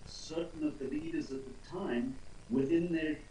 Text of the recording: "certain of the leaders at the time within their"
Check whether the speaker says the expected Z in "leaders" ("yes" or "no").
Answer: yes